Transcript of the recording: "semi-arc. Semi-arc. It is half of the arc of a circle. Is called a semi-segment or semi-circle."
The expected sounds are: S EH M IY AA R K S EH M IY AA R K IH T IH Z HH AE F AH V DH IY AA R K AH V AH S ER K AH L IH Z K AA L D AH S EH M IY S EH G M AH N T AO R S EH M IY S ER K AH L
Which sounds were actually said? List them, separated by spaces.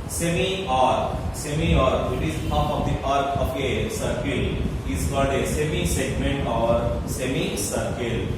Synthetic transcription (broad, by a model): S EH M IY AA R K S EH M IY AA R IH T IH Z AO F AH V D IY AA R K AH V AH S ER K AH L IH Z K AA D AH S EH M IY S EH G M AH N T AO R S EH M IY S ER K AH L